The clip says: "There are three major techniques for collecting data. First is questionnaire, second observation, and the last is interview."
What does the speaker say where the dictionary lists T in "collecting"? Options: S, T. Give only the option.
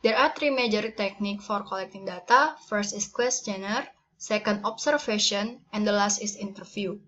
T